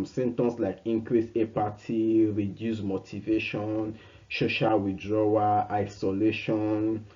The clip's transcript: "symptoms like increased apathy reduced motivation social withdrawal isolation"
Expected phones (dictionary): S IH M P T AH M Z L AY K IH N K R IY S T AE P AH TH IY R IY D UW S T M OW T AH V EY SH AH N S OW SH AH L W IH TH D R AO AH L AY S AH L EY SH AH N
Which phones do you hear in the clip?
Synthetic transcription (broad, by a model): S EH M T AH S L AY K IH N K R IY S EH P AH T IY R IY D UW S M OW T AH V EY SH AH N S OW SH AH L W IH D R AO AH AY S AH L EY SH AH N